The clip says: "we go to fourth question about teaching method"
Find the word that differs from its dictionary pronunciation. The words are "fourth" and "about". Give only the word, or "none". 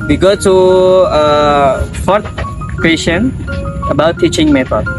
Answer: fourth